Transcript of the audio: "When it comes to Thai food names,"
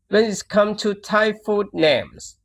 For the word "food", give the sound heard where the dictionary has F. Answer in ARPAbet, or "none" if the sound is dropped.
F